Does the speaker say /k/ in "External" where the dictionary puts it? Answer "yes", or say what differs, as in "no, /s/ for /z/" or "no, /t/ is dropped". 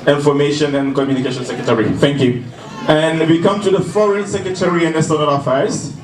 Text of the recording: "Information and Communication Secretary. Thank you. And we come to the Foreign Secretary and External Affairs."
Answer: no, /k/ is dropped